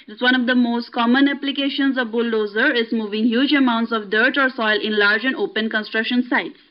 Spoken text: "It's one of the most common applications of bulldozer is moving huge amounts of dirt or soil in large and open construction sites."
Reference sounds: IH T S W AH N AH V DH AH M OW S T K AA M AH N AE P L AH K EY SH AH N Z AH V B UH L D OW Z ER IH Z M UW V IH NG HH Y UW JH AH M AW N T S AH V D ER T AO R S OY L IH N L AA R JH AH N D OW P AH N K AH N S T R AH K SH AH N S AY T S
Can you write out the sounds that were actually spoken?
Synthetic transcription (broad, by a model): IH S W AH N AH V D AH M OW S T K AA M AH N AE P L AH K EY SH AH N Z AH V B UH L D OW Z ER IH Z M UW V IH NG HH Y UW JH AH M AW N T S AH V D ER T AO R S OY L IH N L AA R JH AH N D OW P AH N K AH N S T R AH K SH AH N S AY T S